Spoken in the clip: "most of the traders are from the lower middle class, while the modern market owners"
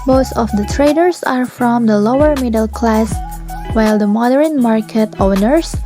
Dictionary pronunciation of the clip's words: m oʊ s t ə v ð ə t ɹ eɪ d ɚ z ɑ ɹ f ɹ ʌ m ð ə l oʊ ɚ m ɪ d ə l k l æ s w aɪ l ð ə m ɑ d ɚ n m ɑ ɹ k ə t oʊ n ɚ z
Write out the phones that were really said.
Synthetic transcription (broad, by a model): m oʊ s t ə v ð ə t ɹ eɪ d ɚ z ɑ ɹ f ɹ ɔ m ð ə l oʊ ɚ m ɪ d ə l k l æ s w aɪ l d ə m ɑ d ɚ n m ɑ ɹ k ə t oʊ n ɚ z